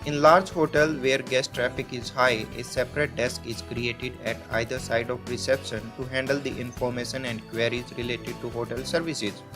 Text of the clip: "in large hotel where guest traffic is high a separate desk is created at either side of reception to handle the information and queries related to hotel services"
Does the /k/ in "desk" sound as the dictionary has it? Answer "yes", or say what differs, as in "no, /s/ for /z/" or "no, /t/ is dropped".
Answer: yes